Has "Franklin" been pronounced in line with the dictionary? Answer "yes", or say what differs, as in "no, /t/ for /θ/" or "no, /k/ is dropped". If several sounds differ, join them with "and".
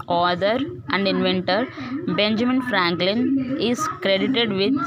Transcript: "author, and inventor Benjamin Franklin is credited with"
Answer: yes